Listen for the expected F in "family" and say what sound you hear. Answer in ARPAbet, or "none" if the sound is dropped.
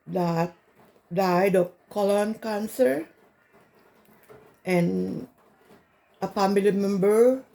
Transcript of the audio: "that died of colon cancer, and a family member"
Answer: P